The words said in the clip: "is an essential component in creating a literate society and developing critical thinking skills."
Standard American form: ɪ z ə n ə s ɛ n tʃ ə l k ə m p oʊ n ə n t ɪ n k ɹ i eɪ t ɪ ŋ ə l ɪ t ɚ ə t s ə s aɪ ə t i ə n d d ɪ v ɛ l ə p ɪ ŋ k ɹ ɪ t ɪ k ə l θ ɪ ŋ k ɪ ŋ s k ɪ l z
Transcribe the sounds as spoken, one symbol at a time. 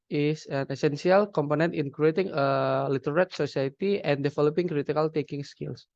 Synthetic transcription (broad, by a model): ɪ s ə n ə s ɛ n s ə l k ə m p oʊ n ə n t ɪ n k ɹ i eɪ t ɪ ŋ ə l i t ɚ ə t s ə s aɪ ə t i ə n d d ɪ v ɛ l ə p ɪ ŋ k ɹ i t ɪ k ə l t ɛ k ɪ ŋ s k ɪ l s